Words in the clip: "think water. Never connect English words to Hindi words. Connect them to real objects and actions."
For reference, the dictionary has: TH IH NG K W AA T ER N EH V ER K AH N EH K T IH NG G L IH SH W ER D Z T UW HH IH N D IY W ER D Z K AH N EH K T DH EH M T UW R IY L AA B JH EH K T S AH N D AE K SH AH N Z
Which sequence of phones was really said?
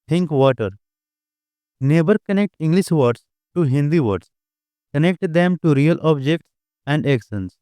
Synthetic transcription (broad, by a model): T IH NG K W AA T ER N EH B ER K AH N EH K T IH NG G L IH SH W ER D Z T UW HH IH N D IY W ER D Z K AH N EH K T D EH M T UW R IY L AA B JH EH K T S AH N D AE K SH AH N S